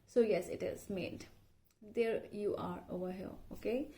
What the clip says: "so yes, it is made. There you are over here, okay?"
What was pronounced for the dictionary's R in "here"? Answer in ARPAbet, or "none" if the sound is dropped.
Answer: L